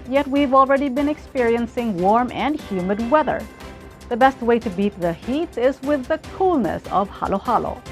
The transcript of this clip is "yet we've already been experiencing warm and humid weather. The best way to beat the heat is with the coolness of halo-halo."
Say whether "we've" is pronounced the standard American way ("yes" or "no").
yes